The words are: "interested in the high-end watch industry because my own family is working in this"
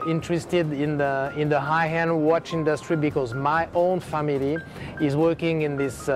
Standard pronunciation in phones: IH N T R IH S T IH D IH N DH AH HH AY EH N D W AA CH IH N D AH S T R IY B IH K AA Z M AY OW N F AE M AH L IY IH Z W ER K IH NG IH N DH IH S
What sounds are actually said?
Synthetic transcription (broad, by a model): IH N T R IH S T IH D IH N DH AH HH AY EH N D W AA CH IH N D AH S T R IY B IH K AA Z M AY OW N F AE M AH L IY IH Z W ER K IH NG IH N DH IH S